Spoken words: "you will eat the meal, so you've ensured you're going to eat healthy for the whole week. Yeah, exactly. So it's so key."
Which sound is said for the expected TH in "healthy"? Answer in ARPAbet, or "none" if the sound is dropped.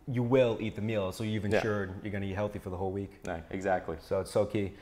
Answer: TH